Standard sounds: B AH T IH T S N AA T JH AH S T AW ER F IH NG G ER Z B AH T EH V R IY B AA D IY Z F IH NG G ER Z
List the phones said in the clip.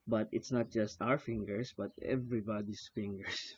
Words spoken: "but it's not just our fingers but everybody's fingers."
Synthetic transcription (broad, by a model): B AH T IH T S N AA T JH AH S T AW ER F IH NG G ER S B AH T EH V R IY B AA D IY S F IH NG G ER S